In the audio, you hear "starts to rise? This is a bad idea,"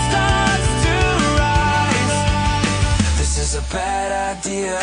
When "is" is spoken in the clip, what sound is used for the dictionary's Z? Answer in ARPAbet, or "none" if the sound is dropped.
Z